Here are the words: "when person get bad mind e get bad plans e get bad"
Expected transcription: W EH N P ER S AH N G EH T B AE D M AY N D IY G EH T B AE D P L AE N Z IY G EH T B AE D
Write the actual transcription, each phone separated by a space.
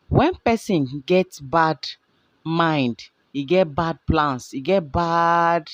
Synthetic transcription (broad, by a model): W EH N P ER S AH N G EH T B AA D M AY N D IY G EH T B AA D P L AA N S IY G EH T B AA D